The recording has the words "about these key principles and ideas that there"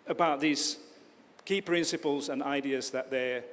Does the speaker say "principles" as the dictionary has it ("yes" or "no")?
yes